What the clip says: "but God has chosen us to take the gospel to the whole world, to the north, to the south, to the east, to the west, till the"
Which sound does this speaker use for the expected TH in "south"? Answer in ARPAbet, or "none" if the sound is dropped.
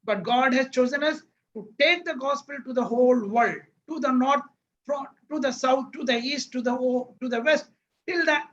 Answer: T